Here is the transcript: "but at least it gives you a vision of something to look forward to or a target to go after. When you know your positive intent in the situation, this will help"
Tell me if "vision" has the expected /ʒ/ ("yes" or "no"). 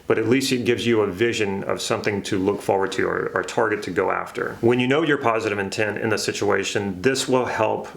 yes